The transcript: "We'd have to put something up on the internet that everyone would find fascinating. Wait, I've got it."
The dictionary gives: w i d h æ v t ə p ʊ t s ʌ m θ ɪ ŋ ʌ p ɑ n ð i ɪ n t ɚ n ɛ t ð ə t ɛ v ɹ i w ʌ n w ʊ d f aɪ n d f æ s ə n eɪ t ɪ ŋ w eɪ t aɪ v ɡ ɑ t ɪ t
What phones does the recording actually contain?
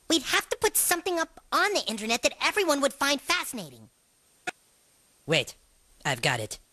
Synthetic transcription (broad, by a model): w i d h æ f t ə p ʊ t s ʌ m θ ɪ ŋ ʌ p n ð i ɪ n t ɚ n ɛ t ð ə t ɛ v ɹ i w ʌ n w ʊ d f aɪ n d f æ s ə n eɪ t ɪ ŋ w eɪ t aɪ v ɡ ɑ t ɪ t